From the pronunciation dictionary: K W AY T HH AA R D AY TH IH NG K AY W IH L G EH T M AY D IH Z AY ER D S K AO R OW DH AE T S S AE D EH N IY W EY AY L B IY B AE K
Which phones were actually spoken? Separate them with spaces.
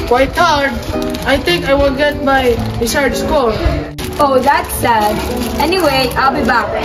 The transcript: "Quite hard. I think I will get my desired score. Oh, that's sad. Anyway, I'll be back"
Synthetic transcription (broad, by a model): K W AY T HH AA R D AY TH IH NG K AY W IH L G EH T M AY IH S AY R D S K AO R OW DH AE T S S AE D EH N IY W EY AY L B IY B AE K